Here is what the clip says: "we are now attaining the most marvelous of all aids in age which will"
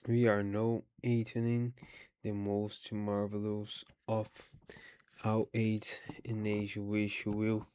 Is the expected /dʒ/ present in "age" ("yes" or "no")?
no